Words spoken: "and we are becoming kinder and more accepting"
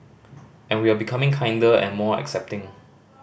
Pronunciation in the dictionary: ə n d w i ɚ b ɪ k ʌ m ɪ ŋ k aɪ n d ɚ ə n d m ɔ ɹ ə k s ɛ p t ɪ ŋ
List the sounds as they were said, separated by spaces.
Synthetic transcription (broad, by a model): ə n w i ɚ b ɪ k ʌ m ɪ ŋ k aɪ n d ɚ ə n m ɔ ə k s ɛ p t ɪ ŋ